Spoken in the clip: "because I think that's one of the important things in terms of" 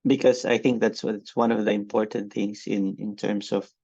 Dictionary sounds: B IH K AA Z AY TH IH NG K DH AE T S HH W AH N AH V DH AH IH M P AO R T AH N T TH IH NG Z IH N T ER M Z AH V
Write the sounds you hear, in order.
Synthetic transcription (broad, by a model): B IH K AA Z AY TH IH NG K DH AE T S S W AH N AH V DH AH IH M P AO R T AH N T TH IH NG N IH N T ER M S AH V